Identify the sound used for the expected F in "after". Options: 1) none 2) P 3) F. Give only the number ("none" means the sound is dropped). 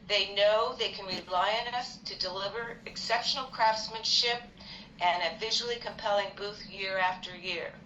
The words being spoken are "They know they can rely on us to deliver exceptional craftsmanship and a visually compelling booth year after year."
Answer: 3